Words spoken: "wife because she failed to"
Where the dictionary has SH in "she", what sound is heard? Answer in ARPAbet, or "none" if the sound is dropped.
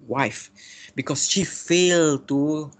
SH